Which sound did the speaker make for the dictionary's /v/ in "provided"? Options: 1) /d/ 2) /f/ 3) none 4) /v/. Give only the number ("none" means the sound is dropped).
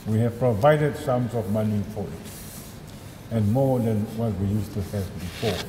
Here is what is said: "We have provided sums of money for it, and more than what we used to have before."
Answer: 4